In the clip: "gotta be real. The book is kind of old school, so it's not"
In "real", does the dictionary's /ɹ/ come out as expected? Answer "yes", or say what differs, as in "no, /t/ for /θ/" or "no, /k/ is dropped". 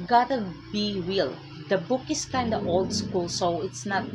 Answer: no, /w/ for /ɹ/